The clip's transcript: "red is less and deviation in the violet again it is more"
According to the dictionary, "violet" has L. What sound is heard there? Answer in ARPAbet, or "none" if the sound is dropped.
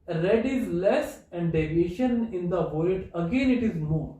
none